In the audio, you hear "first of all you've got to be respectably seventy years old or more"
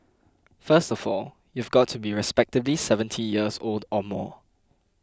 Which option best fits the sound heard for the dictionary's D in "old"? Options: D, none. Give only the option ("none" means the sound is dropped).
D